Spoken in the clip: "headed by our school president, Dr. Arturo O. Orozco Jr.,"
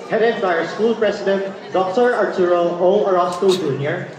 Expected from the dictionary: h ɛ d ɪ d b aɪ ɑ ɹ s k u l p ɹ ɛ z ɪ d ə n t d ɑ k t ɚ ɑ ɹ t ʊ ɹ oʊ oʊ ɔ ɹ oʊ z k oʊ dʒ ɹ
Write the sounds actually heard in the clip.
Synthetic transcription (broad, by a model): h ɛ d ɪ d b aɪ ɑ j s k u l p ɹ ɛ s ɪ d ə n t d ɑ k t ɚ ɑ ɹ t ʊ ɹ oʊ oʊ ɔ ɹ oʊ s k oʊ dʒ ɹ